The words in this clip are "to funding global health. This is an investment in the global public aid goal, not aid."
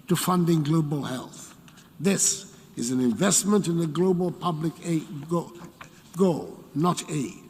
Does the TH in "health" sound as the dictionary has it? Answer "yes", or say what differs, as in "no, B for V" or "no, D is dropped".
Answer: yes